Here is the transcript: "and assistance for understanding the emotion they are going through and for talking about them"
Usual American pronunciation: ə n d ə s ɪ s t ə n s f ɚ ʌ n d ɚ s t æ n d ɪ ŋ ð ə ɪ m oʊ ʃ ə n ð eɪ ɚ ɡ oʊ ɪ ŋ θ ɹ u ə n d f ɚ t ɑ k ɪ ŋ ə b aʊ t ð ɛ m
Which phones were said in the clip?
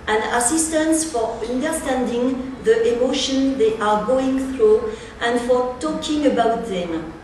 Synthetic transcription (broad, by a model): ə n ə s ɪ s t ə n s f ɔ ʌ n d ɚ s t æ n d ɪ ŋ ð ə ɪ m oʊ ʃ ə n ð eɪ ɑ ɡ oʊ ɪ ŋ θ ɹ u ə n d f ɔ t ɑ k ɪ ŋ ə b aʊ t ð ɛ m